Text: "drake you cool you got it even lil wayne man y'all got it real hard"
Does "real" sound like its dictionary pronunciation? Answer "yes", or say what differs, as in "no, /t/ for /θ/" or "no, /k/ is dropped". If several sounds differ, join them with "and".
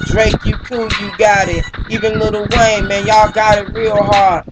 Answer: yes